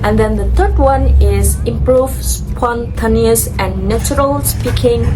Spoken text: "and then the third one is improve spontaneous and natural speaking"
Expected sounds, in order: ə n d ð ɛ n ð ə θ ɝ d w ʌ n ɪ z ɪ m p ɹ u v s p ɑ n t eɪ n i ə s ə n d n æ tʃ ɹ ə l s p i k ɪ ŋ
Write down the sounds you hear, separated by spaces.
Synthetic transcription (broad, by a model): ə n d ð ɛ n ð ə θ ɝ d w ʌ n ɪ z ɪ m p ɹ u v s p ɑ n t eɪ n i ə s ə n n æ tʃ ɹ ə l s p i k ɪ ŋ